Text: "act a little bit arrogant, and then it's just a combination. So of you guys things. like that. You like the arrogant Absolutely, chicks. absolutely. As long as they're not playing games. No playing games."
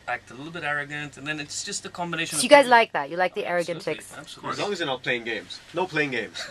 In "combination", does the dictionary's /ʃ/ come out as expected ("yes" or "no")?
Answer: no